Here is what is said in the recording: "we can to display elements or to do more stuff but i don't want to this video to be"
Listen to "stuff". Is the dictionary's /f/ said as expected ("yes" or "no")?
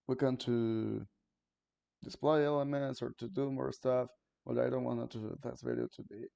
yes